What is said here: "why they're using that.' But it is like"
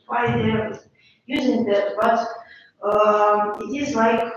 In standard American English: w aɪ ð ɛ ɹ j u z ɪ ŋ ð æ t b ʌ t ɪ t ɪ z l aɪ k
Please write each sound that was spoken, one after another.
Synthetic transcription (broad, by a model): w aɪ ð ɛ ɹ j u z ɪ ŋ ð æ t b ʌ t ɪ t ɪ z l aɪ k